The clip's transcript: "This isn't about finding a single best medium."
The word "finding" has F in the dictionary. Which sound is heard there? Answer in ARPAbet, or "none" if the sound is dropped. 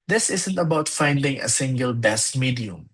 F